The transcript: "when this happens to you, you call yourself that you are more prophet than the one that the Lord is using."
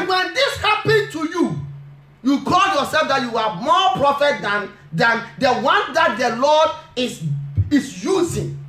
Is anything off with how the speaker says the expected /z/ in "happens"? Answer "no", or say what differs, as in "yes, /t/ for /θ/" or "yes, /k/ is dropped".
yes, /z/ is dropped